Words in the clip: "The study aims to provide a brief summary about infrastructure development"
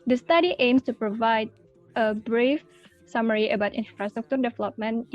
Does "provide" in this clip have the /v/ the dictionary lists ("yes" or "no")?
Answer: yes